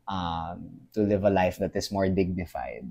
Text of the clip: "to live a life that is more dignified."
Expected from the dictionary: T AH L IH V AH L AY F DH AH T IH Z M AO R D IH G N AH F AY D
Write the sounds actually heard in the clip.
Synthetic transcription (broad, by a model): T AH L IH V AH L AY F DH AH T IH S M AO R D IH G N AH F AY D